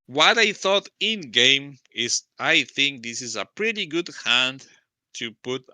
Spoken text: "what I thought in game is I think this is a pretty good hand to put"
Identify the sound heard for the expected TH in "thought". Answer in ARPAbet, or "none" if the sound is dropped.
TH